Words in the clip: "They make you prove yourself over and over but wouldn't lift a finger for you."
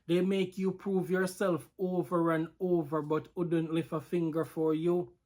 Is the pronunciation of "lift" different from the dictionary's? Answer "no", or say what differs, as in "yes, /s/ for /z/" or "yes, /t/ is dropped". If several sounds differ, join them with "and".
yes, /t/ is dropped